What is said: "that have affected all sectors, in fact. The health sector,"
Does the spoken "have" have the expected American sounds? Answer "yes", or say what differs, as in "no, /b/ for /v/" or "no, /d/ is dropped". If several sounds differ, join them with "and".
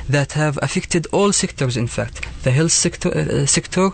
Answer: yes